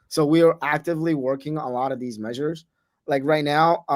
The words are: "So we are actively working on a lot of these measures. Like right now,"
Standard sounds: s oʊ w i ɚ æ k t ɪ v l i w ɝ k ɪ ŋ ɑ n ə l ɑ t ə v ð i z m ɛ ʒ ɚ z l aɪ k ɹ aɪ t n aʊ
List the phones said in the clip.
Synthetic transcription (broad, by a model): s oʊ w i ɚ æ k t ɪ v l i w ɝ k ɪ ŋ ə l ɑ t ə v ð i z m ɛ ʒ ɚ z l aɪ k ɹ aɪ t n aʊ